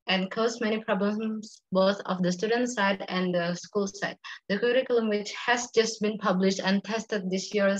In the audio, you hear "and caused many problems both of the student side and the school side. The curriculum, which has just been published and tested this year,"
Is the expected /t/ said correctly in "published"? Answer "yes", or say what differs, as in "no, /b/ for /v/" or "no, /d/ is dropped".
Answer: yes